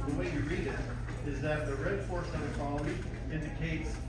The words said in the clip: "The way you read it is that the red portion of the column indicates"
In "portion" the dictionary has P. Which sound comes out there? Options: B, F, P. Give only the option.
F